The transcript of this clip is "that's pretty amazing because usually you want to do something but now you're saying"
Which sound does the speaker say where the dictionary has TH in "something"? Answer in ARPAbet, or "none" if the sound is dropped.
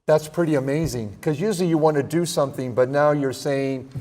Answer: TH